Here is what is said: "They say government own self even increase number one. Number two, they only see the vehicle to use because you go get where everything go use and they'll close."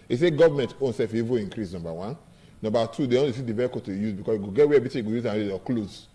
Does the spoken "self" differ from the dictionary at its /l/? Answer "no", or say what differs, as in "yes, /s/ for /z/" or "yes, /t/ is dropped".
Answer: yes, /l/ is dropped